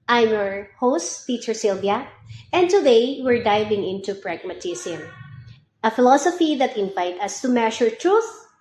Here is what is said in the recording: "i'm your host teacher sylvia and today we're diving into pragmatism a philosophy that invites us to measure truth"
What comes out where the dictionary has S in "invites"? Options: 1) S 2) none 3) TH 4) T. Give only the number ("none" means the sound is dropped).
2